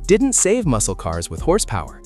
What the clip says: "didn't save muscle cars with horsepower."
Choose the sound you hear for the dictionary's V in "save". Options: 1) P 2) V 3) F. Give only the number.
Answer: 2